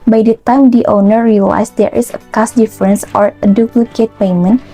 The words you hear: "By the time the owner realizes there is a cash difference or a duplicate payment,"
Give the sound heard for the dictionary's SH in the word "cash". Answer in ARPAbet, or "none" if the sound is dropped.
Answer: S